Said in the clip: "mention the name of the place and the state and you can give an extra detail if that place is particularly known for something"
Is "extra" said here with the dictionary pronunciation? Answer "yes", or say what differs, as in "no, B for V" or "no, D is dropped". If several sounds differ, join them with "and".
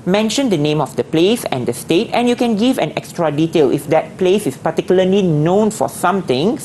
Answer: yes